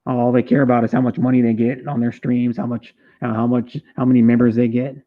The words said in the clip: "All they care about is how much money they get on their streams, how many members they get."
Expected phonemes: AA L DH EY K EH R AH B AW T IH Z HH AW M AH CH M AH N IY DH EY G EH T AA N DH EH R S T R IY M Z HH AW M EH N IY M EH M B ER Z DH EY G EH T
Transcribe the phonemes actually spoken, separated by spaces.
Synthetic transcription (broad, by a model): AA L DH EY K EH R AH B AW T IH Z HH AW M AH CH M AH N IY DH EY G EH T N DH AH R S T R IY M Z HH AW M EH N IY M EH M B ER Z DH EY G EH T